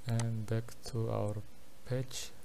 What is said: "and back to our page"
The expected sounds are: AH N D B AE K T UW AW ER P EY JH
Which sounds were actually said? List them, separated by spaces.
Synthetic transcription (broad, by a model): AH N B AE K T UW AW ER P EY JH